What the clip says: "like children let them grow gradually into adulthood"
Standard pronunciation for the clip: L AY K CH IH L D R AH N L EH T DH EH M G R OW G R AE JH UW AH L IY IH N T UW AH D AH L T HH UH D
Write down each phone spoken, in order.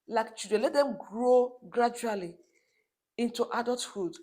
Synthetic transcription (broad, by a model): L AY K CH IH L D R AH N L EH T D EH M G R OW G R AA JH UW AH L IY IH N T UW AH D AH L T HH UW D